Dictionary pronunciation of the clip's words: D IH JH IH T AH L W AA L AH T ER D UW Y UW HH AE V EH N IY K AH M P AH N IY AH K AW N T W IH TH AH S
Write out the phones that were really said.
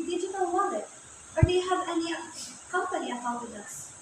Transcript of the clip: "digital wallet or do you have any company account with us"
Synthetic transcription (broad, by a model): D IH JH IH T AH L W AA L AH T ER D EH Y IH HH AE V EH N IY K AH M P AH N IY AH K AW T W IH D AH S